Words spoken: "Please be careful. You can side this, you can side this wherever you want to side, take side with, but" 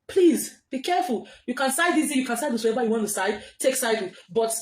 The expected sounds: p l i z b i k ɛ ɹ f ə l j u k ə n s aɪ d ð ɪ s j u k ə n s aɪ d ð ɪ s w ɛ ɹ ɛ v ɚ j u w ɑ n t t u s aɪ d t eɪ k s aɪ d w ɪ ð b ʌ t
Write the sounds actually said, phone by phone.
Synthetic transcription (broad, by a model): p l i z b i k ɛ ɹ f ə l j u k ə n s aɪ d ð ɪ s j u k ə n s aɪ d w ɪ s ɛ ɛ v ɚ j u w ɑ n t t u s aɪ d t eɪ k s aɪ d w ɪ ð b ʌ t